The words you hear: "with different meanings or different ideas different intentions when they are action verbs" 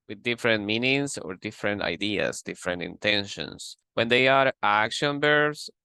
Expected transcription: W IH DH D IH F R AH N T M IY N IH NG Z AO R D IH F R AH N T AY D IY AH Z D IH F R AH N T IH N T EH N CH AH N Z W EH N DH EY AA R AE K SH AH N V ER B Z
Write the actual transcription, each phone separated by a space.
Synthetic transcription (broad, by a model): W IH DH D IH F R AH N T M IY N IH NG S AO R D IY F R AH N T AY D IY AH S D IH F R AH N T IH N T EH N SH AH N S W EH N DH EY AA R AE K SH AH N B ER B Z